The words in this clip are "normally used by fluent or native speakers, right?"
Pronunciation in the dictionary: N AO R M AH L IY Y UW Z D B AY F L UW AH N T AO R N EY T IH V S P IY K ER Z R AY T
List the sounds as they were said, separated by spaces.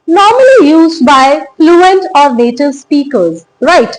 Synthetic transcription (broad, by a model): N AO R M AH L IY Y UW Z D B AY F L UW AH N T AO R N EY T IH V S P IY K ER Z R AY T